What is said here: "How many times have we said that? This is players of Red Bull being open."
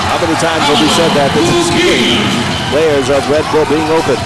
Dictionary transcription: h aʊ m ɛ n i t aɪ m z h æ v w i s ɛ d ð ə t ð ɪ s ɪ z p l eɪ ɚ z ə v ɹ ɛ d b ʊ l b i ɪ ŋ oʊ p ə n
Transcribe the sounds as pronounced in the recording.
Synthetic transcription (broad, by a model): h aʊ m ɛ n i t aɪ m z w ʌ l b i s ɛ d ð ə t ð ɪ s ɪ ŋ p l eɪ ɚ z ə v ɹ ɛ d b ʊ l b i ɪ ŋ oʊ p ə n